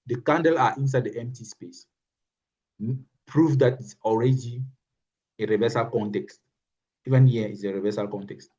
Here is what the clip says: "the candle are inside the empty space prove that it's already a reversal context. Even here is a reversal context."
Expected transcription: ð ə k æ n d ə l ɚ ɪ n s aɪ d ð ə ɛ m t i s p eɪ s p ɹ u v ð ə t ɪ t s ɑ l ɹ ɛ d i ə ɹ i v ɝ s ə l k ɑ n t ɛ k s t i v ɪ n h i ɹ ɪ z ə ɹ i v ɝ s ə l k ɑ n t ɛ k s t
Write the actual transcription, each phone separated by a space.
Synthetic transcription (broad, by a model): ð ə k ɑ n d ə l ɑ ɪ n s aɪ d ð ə ɛ m t i s p eɪ s p ɹ u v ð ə t ɪ t s ɑ l ɹ ɛ d i ə ɹ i v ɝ s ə l k ɑ n t ɛ k s t i v ɪ n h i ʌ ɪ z ə ɹ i v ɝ s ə l k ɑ n t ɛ k s t